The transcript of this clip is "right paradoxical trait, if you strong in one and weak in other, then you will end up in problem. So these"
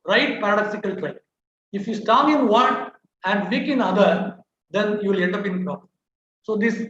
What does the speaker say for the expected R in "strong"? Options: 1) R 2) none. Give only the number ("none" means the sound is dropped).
2